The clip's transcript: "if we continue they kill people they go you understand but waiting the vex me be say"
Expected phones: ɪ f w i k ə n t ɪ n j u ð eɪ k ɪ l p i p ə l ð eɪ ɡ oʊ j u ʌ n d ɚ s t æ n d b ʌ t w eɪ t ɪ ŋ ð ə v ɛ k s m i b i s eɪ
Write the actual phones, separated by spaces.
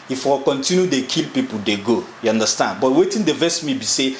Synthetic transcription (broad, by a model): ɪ f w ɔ k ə n t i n j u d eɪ k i l p i p ə l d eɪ ɡ oʊ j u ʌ n d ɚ s t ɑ n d b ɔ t w eɪ t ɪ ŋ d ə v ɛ s m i b i s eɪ